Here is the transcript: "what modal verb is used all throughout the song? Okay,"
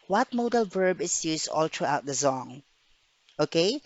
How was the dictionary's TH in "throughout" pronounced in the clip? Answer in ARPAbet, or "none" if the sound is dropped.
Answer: T